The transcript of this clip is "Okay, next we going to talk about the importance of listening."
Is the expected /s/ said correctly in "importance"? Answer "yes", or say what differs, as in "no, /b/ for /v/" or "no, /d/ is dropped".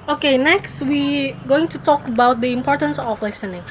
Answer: yes